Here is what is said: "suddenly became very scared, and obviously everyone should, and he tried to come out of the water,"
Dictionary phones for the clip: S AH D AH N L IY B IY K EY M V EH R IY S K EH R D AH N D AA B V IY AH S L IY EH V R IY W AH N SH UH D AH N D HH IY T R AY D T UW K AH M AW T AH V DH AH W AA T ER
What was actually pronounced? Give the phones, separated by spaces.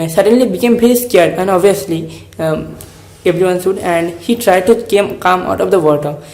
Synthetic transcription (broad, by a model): S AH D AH N L IY B IY K EY M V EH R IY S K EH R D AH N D AA B V IY AH S L IY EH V R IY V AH N S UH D AH N D HH IY T R AY D T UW K AH M AW T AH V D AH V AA T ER